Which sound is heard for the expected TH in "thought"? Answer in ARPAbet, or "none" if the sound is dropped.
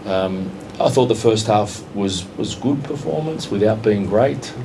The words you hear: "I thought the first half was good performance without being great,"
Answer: TH